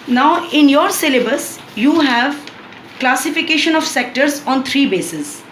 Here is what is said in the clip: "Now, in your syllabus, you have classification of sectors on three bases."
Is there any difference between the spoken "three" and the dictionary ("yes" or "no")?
yes